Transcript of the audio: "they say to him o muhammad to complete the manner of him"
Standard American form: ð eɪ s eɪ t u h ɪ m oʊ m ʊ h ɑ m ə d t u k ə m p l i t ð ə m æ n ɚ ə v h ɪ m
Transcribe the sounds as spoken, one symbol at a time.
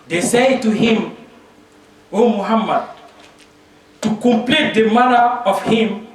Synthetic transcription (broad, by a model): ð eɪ s eɪ t u h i m oʊ m ʊ h ɑ m ə d t u k ə m p l i t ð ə m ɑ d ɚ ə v h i m